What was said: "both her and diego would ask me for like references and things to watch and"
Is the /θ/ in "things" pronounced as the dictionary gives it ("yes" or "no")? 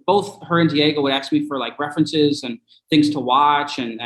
yes